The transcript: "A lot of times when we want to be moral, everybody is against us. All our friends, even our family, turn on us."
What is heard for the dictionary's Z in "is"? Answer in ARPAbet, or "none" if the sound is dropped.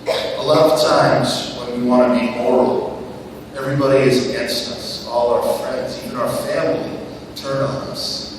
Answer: Z